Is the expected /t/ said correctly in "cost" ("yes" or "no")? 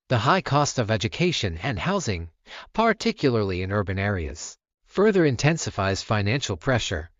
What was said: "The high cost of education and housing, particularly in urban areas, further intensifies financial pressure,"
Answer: yes